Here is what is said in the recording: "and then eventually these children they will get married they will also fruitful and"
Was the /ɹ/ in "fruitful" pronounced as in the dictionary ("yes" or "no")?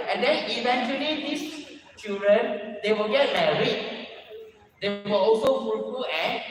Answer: no